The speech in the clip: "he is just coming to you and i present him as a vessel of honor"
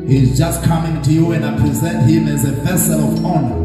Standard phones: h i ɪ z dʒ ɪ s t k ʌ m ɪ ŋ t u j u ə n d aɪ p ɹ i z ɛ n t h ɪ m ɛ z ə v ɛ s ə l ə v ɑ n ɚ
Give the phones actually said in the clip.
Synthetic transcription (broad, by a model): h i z dʒ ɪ s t k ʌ m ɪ ŋ t u j u ə n d aɪ p ɹ i z ɛ n t h ɪ m ɛ z ə v ɛ s ə l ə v ɑ n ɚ